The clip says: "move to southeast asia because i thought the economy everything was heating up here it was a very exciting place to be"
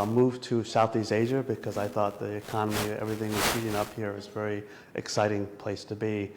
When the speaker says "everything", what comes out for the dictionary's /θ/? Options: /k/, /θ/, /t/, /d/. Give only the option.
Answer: /θ/